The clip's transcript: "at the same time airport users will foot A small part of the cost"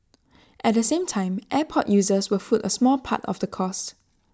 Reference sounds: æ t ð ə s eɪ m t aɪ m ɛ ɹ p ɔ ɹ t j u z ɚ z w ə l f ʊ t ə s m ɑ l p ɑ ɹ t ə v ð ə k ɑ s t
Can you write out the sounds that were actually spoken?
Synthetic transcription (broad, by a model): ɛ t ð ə s eɪ m t aɪ m ɛ p ɔ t j u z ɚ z w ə f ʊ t ə s m ɑ l p ɑ t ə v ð ə k ɑ s t